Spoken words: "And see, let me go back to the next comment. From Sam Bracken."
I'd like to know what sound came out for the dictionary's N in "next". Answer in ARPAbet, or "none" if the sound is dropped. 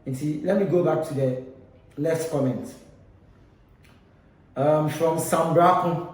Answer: L